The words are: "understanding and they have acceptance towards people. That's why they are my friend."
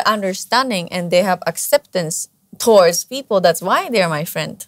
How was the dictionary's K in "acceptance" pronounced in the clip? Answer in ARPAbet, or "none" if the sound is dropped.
K